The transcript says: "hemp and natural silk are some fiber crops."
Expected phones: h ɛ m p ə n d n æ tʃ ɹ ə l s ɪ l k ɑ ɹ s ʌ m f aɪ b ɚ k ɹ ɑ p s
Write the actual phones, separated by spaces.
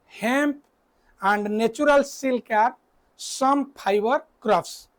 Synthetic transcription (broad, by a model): h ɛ m p ə n d n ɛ tʃ ɹ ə l s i l k ɑ ɹ s ʌ m p aɪ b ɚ k ɹ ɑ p s